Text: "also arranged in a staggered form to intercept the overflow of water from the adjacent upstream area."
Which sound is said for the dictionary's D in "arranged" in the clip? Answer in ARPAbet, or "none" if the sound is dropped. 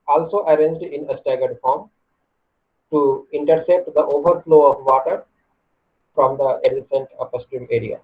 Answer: D